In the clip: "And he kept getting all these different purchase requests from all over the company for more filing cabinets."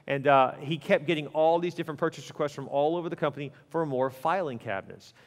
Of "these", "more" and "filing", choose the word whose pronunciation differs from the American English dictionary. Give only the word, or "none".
none